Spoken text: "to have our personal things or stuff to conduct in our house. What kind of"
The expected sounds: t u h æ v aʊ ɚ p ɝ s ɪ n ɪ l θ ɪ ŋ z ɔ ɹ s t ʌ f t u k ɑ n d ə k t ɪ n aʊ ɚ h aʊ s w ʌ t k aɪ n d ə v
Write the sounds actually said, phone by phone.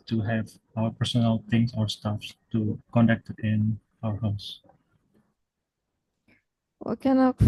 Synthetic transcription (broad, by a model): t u h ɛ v aʊ ɚ p ɝ s ɪ n ɪ l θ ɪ ŋ s ɔ ɹ s t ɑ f t u k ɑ n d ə k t ɪ n aʊ ɚ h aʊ s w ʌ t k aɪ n ə